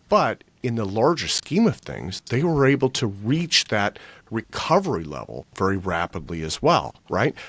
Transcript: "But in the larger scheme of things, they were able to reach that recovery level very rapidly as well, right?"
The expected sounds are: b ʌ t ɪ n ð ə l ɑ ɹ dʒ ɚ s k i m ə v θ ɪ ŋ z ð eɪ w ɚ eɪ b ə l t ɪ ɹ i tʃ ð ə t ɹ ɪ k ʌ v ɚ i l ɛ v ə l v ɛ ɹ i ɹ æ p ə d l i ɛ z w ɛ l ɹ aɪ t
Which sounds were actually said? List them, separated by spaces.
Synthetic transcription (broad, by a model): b ʌ t ɪ n ð ə l ɑ ɹ dʒ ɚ s k i m ə v θ ɪ ŋ z ð eɪ w ɚ eɪ b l t ɪ ɹ i tʃ ð ə t ɹ ɪ k ʌ v ɚ i l ɛ v l v ɛ ɹ i ɹ æ p ə d l i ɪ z w ɛ l ɹ aɪ t